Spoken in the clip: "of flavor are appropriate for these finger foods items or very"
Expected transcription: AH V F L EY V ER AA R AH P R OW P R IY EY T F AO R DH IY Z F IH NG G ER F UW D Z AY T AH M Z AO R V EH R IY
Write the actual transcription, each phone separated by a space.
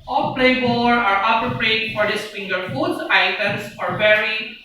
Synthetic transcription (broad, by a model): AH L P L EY B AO AA R AH P R OW P R IY EY T F AO R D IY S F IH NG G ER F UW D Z AY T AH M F AO R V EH R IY